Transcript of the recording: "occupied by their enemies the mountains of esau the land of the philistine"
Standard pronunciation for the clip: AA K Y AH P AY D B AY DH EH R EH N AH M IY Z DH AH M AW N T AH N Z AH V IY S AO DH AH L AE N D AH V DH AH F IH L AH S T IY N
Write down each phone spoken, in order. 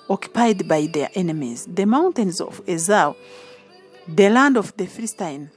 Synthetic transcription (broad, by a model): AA K Y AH P AY D B AY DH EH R EH N AH M IY Z DH AH M AW N T AH N Z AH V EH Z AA DH AH L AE N D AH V DH AH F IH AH S T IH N